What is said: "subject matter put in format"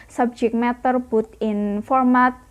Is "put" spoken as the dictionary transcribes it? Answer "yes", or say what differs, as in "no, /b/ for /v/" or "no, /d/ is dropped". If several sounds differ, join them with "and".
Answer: no, /b/ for /p/